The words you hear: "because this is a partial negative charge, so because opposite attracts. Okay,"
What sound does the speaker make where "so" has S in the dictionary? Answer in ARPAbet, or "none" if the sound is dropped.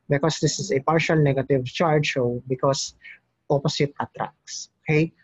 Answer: SH